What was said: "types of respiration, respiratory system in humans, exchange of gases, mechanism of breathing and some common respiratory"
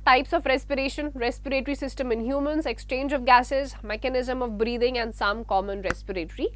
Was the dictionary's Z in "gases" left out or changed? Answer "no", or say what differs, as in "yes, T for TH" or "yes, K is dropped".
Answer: no